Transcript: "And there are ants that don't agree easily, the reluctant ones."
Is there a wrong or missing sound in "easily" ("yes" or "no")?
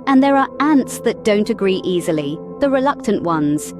no